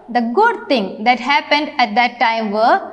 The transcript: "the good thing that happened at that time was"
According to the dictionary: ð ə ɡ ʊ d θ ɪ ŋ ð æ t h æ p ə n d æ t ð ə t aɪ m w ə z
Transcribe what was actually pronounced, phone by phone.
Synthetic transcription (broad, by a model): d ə ɡ ʊ d t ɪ ŋ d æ t h æ p ə n d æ t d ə t aɪ m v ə